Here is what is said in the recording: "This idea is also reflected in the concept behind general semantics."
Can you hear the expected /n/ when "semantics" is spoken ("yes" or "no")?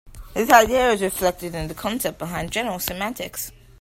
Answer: no